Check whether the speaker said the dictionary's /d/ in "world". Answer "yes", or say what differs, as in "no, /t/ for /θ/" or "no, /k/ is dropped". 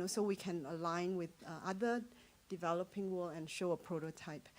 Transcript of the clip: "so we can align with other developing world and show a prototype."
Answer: no, /d/ is dropped